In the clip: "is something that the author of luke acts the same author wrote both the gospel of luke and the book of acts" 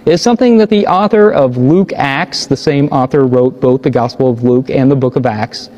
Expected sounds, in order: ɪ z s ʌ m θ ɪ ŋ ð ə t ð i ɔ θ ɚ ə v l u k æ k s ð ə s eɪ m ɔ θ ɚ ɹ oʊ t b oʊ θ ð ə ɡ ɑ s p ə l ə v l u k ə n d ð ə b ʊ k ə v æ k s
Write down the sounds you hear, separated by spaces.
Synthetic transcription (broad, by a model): ɪ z s ʌ m θ ɪ ŋ ð ə t ð i ɔ θ ɚ ə v l u k æ k s ð ə s eɪ m ɔ θ ɚ ɹ oʊ t b oʊ θ ð ə ɡ ɑ s p l ə v l u k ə n ð ə b ʊ k ə v æ k s